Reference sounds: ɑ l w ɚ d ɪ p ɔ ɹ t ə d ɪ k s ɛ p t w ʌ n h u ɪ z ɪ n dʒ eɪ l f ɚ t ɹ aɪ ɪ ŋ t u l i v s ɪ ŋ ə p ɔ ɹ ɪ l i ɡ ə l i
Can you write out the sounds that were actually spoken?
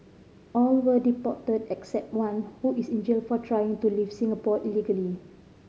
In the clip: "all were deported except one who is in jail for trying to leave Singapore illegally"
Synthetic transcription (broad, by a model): ɑ l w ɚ d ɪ p ɔ t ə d ɪ k s ɛ p t w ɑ n h u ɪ s ɪ n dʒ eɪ l f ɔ t ɹ aɪ ɪ ŋ t u l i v s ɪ ŋ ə p ɔ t ɪ l i ɡ ə l i